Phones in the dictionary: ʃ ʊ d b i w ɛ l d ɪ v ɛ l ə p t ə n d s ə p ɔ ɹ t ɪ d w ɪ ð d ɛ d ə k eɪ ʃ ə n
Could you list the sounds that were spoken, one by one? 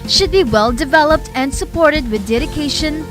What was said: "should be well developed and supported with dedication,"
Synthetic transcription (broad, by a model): ʃ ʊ d b i w ɛ l d ɪ v ɛ l ə p t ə n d s ə p ɔ ɹ t ɪ d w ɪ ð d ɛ d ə k eɪ ʃ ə n